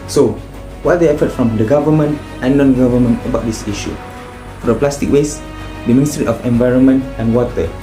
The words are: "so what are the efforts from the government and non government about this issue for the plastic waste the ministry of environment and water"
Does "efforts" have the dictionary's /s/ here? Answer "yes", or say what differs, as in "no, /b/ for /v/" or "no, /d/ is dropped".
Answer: no, /s/ is dropped